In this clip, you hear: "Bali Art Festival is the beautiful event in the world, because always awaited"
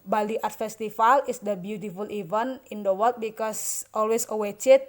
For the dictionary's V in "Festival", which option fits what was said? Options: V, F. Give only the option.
F